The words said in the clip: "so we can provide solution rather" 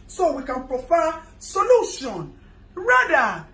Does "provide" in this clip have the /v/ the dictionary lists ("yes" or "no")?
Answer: no